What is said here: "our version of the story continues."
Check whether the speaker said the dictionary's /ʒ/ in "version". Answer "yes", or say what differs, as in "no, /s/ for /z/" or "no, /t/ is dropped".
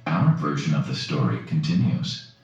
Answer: yes